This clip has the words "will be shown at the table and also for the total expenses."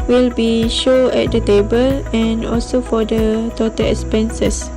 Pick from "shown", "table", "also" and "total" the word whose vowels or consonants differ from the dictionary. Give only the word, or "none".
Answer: shown